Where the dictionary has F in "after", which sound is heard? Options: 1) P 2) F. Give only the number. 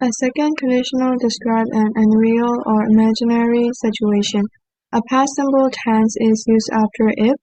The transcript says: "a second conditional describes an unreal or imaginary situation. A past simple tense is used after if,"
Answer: 2